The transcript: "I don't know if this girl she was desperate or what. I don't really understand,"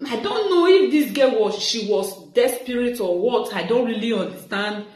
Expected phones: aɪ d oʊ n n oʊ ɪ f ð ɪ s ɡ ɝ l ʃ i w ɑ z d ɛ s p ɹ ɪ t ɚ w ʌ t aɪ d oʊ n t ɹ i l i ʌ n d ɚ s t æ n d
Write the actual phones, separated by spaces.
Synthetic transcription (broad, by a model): aɪ d oʊ n n oʊ ɪ f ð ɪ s ɡ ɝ w ʃ i w ɑ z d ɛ s p ɹ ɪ t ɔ w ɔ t aɪ d oʊ n t ɹ i l i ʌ n d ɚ s t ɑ n d